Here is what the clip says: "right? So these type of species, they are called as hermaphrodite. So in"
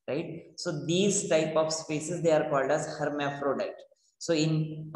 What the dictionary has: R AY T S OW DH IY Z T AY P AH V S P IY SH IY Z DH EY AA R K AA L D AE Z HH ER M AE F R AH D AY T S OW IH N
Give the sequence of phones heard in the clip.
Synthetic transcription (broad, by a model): R AY T S OW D IY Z T AY P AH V S P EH S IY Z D EY AA R K AA L D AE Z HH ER M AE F R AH D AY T S OW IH N